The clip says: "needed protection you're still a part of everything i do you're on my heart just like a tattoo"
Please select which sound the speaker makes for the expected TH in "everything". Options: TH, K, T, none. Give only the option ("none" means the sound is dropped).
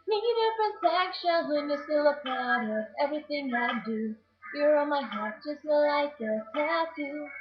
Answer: TH